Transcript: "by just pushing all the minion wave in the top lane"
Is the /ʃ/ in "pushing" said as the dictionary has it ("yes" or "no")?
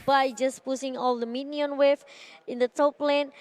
no